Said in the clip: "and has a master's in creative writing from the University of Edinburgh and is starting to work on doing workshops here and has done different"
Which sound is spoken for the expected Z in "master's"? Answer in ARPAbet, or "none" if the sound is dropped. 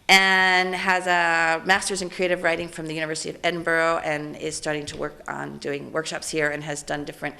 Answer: Z